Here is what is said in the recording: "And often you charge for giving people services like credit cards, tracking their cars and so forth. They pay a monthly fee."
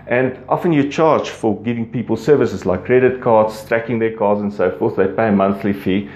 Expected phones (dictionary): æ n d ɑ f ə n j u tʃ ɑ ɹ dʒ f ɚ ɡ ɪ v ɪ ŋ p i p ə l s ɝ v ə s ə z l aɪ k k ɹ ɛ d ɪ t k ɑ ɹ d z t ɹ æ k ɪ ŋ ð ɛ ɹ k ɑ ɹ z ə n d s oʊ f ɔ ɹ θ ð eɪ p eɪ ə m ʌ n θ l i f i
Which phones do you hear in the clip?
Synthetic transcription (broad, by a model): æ n d ɑ f ə n j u tʃ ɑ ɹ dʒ f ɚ ɡ ɪ v ɪ ŋ p i p ə l s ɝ v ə s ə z l aɪ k k ɹ ɛ d ɪ t k ɑ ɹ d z t ɹ æ k ɪ ŋ ð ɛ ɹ k ɑ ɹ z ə n s oʊ f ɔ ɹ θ ð eɪ p eɪ ə m ʌ n θ l i f i